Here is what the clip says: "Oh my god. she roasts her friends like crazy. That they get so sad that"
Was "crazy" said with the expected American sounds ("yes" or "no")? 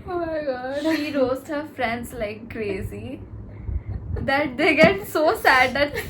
yes